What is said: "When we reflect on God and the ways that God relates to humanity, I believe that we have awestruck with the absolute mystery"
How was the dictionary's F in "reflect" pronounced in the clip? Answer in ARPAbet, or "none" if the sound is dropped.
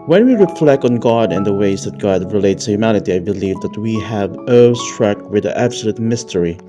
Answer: F